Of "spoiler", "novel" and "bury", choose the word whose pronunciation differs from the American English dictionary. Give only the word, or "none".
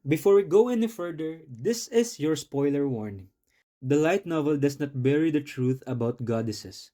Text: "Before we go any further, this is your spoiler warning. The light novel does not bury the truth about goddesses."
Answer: none